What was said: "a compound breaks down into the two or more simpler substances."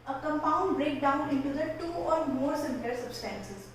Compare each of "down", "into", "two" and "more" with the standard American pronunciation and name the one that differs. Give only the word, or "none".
none